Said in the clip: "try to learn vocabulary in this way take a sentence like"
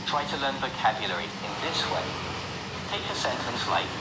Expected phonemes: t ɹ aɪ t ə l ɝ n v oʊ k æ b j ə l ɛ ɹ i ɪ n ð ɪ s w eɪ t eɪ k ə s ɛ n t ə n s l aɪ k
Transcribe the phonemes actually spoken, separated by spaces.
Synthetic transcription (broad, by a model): t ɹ aɪ t ə l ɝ n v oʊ k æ b j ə l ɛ ɹ i ɪ n ð ɪ s w eɪ t eɪ k ə s ɛ n t ə n s l aɪ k